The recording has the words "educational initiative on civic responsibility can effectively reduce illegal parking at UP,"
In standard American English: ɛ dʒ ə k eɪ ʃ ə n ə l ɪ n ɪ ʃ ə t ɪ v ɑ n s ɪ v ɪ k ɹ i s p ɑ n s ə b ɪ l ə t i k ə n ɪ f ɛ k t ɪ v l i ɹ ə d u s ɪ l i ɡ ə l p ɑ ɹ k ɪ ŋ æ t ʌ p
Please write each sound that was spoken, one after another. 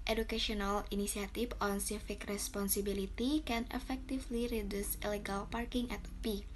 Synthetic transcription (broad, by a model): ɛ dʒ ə k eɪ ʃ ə n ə l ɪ n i s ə t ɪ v ɑ n s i f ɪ k ɹ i s p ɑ n s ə b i l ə t i k ə n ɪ f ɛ k t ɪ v l i ɹ ə d u s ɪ l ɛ ɡ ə l p ɑ ɹ k ɪ ŋ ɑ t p